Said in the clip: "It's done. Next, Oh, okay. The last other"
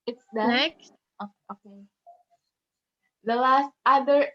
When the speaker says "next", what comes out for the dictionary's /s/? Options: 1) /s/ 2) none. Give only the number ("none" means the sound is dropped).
2